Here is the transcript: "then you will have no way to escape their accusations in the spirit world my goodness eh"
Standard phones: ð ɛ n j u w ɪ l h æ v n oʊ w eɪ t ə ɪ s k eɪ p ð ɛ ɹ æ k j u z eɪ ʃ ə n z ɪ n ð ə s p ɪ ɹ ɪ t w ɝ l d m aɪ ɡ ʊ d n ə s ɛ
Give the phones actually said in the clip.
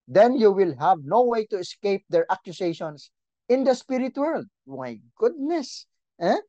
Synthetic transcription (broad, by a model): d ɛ n j u w ɪ l h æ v n oʊ w eɪ t ə ɪ s k eɪ p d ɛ ɹ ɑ k j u s eɪ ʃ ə n s ɪ n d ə s p ɪ ɹ ɪ t w ɝ l d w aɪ ɡ ʊ d n ə s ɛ